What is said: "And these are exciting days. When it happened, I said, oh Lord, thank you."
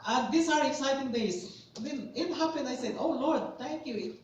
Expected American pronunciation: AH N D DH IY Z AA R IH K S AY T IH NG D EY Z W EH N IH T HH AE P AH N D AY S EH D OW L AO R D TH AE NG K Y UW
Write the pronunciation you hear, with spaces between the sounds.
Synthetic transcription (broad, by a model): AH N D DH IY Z AA R IH K S AY T IH NG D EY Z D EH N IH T HH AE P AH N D AY S EH D OW L AO R D T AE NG K Y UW